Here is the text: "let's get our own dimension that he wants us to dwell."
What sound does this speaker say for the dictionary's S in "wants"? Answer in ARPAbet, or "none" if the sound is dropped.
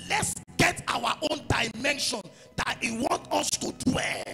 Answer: none